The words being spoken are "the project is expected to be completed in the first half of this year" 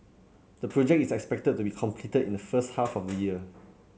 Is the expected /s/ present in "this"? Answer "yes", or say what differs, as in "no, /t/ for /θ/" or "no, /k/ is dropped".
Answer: no, /s/ is dropped